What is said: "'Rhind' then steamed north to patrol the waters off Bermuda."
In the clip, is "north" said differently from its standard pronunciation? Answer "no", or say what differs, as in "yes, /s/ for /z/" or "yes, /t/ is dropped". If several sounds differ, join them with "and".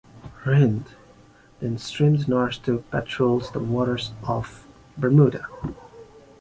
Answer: yes, /s/ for /θ/